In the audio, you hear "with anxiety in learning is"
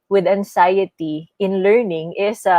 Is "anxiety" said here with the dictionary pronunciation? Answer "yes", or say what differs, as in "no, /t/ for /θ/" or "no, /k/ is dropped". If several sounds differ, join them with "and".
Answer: no, /s/ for /z/